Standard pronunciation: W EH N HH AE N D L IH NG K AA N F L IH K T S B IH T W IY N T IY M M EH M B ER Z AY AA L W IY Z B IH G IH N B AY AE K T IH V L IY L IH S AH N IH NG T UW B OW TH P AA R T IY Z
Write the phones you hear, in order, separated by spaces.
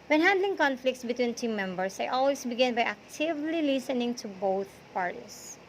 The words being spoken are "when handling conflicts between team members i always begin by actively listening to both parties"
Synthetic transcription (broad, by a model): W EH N HH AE N D L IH NG K AA N F L IH K T S B IH T W IY N T IY M M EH M B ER S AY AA L W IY S B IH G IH N B AY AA K T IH V L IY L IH S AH N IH NG T UW B OW TH P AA R T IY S